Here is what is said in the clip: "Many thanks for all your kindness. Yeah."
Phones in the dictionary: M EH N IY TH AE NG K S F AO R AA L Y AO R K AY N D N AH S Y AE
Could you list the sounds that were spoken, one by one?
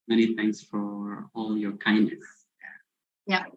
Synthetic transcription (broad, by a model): M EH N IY TH AE NG K S F AO R AA L Y AO R K AY N D N AH S Y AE